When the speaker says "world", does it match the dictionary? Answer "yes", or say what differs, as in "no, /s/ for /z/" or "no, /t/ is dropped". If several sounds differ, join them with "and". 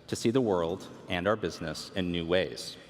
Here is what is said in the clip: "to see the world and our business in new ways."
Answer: yes